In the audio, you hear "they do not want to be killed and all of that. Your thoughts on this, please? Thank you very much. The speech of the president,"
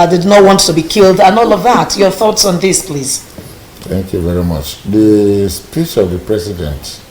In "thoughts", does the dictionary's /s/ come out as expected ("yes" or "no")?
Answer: yes